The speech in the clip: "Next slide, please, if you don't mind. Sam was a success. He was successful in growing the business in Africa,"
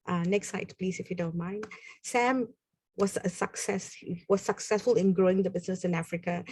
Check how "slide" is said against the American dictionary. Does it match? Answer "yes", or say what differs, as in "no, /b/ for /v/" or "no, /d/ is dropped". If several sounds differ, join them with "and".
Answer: no, /l/ is dropped